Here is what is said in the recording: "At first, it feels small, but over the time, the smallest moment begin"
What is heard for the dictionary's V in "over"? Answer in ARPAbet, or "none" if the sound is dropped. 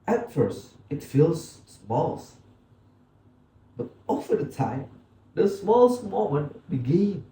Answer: F